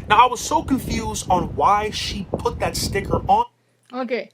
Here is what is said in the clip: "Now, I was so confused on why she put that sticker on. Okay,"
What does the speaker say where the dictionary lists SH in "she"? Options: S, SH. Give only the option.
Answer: SH